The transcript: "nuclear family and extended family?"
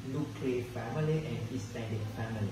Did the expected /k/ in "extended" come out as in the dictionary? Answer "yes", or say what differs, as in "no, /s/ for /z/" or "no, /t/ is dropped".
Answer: no, /k/ is dropped